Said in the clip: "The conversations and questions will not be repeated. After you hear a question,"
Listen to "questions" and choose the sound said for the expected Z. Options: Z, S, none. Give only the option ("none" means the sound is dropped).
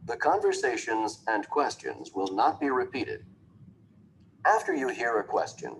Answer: Z